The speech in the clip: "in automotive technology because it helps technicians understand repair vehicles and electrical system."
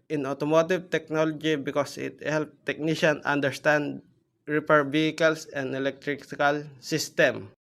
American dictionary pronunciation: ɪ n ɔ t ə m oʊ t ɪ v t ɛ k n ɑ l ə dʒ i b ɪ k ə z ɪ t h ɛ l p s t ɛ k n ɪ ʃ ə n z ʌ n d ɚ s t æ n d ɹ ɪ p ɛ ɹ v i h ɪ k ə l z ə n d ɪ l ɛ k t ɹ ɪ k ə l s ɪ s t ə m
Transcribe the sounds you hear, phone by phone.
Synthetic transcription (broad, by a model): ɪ n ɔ t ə m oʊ t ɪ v t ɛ k n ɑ l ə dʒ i b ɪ k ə s ɪ t h ɛ l p t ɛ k n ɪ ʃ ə n ʌ n d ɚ s t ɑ n d ɹ ɪ p ɛ ɹ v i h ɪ k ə l s ə n d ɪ l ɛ k t ɹ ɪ k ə l s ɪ s t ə m